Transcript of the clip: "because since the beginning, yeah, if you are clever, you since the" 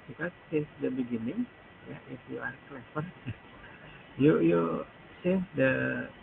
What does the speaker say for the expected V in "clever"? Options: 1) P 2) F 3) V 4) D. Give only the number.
2